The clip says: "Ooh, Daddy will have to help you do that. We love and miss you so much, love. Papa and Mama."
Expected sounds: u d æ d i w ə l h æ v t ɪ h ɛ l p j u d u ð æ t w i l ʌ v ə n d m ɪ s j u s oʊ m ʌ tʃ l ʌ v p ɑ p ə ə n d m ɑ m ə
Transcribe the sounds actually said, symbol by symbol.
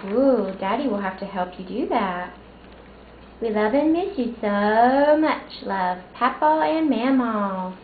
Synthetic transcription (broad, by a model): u d æ d i w ə l h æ f t ɪ h ɛ l p j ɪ d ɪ ð æ t w i l ʌ v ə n m ɪ s j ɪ s oʊ m ʌ tʃ l ʌ v p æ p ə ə n m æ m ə